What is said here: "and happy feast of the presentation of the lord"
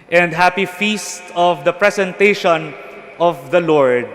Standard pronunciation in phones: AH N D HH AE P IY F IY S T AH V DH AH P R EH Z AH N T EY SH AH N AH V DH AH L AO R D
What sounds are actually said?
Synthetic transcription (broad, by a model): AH N D HH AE P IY F IY S T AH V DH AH P R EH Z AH N T EY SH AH N AH V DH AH L AO R D